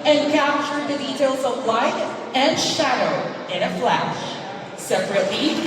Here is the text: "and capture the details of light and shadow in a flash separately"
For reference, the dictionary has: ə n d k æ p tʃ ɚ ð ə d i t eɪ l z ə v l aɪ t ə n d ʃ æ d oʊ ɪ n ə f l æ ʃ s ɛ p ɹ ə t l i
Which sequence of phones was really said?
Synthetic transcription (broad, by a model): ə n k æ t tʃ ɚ ð ə d i t eɪ l z ə v l aɪ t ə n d ʃ æ d oʊ ɪ n ə f l æ ʃ s ɛ p ɹ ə t l i